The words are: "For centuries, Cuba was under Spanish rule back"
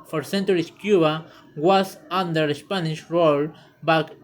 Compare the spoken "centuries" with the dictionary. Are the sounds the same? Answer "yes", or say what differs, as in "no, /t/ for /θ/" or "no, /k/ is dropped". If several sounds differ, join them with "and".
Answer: no, /s/ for /z/